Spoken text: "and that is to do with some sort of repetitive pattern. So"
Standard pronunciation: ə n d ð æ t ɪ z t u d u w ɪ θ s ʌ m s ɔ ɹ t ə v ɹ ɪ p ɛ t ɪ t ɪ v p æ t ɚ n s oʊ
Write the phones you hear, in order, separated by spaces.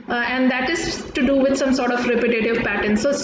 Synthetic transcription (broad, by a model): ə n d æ t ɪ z t u d u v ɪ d s ʌ m s ɔ ɹ t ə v ɹ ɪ p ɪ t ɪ t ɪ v p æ t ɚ n s oʊ